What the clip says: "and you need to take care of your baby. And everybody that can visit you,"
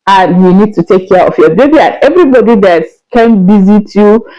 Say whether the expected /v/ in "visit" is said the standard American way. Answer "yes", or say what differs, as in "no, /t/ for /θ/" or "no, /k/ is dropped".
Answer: no, /b/ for /v/